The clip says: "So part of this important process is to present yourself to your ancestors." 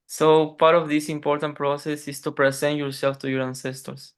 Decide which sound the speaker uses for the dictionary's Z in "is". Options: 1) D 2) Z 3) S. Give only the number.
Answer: 3